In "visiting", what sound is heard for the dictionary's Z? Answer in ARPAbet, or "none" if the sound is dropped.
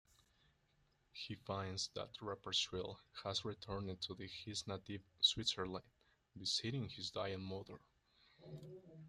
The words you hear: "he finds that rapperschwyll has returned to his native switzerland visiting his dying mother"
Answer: S